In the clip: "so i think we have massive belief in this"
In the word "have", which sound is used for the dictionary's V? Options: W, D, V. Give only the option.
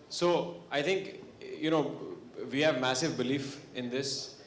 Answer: V